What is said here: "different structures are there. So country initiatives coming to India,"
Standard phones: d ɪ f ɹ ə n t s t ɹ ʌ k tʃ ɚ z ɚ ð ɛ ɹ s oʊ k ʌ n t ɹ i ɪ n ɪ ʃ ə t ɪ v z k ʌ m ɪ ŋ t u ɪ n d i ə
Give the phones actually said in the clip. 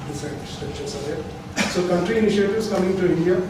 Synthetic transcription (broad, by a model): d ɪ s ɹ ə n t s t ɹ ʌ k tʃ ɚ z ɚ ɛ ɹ s oʊ k ʌ n t ɹ i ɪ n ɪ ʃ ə t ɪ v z k ʌ m ɪ ŋ t u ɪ n d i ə